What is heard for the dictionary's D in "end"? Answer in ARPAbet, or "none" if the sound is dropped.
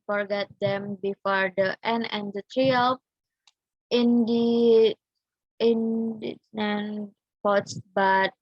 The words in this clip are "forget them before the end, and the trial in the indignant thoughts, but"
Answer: none